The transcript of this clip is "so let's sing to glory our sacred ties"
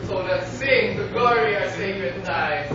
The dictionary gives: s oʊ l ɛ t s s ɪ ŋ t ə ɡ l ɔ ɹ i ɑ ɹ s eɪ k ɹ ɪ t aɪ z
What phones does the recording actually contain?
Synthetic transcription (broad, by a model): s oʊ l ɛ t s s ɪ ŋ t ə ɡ ɔ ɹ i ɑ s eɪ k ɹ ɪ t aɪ